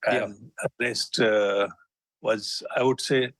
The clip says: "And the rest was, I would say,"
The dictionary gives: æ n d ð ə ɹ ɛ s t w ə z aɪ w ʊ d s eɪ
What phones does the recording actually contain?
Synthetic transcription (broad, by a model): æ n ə l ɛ s t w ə z aɪ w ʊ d s eɪ